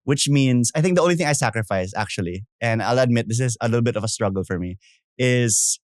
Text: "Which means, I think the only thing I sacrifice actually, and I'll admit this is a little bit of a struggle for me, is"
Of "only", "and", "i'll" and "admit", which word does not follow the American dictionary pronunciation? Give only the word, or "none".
none